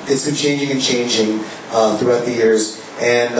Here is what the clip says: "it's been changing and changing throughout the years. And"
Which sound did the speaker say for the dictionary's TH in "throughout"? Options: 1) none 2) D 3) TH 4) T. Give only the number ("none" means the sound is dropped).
3